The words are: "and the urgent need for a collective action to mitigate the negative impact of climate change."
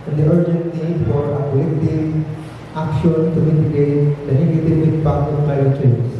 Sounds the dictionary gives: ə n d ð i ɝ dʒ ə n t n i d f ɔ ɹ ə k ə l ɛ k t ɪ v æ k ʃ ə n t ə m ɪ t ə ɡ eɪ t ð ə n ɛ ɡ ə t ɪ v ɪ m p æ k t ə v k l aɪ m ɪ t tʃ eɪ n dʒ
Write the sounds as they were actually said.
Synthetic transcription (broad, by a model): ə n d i ɝ dʒ ə n t n i d f ɔ ɹ ə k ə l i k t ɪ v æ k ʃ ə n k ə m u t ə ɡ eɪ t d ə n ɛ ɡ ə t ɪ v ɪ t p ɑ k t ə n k aɪ ɪ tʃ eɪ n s